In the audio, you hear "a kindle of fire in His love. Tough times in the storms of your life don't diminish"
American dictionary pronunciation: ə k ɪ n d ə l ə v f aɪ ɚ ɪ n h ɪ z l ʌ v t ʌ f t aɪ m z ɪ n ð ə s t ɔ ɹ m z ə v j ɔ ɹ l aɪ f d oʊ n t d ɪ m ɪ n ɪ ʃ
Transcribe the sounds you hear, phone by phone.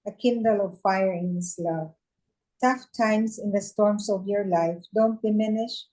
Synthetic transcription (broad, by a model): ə k ɪ n d ə l ə v f aɪ ɚ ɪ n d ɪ s l ʌ v t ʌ f t aɪ m s ɪ n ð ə s t ɔ ɹ m s ə v j ɔ ɹ l aɪ f d oʊ n t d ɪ m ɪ n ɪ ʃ